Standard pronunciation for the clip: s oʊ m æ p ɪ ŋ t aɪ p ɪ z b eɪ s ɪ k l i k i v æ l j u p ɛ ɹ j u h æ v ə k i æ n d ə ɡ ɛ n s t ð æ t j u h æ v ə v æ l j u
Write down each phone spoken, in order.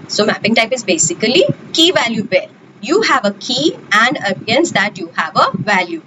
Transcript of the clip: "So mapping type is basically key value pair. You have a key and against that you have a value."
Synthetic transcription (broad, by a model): s oʊ m æ p ɪ ŋ t aɪ p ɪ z b eɪ s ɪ k l i k i v æ l j u b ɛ l j u h æ v ə k i æ n d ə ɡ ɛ n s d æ t j u h æ v ə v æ l j u